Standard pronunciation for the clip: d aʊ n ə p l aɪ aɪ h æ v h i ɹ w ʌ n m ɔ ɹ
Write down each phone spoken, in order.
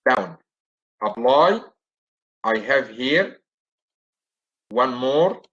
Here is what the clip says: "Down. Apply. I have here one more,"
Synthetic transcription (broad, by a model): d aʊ n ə b l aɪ aɪ h æ v h i ɹ w ʌ n m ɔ ɹ